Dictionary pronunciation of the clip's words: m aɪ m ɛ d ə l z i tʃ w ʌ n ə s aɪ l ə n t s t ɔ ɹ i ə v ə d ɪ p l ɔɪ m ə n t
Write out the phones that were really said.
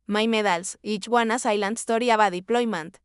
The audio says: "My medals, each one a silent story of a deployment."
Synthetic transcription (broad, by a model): m aɪ m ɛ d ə l s i tʃ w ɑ n ə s aɪ l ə n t s t ɔ ɹ i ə b ə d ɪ p l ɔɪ m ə n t